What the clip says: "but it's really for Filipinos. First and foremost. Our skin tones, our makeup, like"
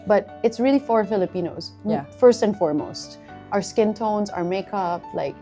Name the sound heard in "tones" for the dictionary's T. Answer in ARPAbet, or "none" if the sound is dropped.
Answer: T